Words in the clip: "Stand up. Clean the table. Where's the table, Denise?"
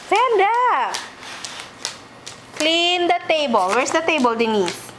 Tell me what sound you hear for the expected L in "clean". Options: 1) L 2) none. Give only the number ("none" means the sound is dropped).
1